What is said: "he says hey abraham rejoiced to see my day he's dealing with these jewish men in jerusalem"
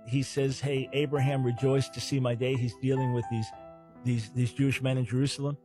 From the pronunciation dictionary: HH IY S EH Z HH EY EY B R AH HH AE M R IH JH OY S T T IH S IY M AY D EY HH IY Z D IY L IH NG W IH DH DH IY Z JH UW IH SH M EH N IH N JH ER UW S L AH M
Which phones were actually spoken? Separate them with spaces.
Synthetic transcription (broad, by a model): HH IY S EH Z HH EY EY B R AH HH AE M R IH JH OY S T T IH S IY M AY D EY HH IY Z D IY L IH NG W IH DH DH IY Z JH UW IH SH M EH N IH N JH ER UW S L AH M